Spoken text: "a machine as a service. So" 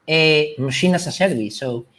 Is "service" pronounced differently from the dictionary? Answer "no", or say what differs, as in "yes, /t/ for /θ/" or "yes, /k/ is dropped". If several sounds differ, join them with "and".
yes, /b/ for /v/